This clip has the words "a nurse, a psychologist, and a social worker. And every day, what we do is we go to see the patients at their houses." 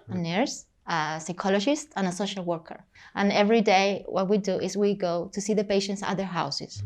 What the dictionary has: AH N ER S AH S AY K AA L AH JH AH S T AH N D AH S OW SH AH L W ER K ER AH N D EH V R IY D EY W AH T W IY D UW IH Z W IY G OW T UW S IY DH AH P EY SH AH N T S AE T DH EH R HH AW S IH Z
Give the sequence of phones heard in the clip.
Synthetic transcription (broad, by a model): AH N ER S AH S AY K AA L AH JH AH S T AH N AH S OW SH AH L W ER K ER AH N EH V R IY D EY W AH T W IY D UW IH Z W IY G OW T UW S IY DH AH P EY SH AH N T S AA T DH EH R HH AW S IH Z